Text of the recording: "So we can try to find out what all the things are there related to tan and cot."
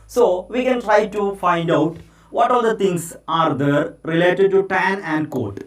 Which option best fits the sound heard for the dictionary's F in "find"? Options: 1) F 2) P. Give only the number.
1